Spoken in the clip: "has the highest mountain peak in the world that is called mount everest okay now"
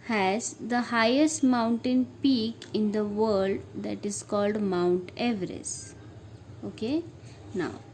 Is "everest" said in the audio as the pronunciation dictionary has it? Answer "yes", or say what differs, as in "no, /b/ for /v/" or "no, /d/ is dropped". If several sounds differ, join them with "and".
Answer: no, /t/ is dropped